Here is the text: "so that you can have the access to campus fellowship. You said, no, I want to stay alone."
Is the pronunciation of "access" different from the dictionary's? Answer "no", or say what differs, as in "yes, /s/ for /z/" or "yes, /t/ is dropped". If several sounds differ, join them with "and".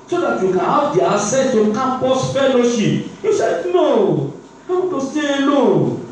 yes, /k/ is dropped